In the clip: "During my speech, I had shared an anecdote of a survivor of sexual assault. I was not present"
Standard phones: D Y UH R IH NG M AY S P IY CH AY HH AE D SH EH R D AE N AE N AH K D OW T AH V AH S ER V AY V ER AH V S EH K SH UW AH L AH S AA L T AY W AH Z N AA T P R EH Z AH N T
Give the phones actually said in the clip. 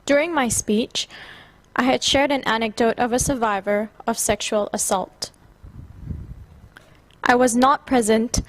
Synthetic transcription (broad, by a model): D Y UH R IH NG M AY S P IY CH AY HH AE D SH EH R D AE N AE N AH K D OW T AH V AH S ER V AY V ER AH V S EH K SH UW AH L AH S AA L T AY W AH Z N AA T P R EH Z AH N T